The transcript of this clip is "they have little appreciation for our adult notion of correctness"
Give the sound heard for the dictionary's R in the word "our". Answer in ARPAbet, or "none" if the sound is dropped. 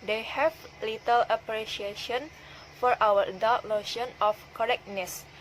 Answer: W